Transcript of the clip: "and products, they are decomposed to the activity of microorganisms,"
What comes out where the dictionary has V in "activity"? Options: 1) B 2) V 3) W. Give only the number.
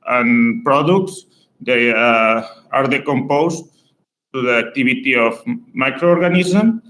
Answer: 1